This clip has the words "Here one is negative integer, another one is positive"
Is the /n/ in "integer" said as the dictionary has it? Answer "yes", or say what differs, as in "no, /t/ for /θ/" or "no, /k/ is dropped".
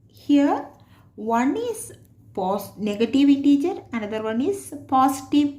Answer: no, /n/ is dropped